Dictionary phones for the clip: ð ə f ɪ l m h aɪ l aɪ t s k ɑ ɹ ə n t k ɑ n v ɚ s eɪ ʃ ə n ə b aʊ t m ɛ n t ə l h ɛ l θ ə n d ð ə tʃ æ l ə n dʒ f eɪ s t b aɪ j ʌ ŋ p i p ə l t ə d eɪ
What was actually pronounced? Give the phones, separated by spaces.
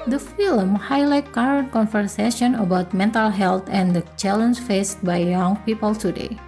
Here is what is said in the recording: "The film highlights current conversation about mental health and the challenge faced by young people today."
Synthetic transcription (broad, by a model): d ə f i l m h aɪ l aɪ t k ɑ ɹ ə n t k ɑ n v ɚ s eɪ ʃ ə n ə b aʊ t m ɛ n t ə l h ɛ l t ə n d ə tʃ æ l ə n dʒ f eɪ s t b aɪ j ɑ ŋ p i p ə l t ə d eɪ